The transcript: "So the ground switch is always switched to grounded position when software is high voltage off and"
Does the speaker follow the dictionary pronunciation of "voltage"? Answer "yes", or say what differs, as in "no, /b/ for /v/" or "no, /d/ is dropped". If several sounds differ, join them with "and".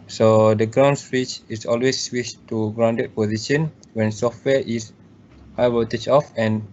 no, /w/ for /v/ and /tʃ/ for /dʒ/